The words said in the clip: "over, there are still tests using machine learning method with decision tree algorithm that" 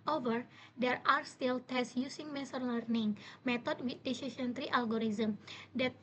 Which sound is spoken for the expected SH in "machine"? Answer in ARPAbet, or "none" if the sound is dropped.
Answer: S